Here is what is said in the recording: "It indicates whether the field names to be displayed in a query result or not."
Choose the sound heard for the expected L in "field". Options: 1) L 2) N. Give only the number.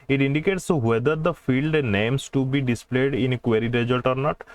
1